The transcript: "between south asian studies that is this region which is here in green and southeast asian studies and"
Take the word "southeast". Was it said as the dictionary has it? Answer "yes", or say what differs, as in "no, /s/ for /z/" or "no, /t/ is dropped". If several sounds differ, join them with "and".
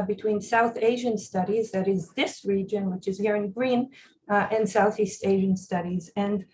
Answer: yes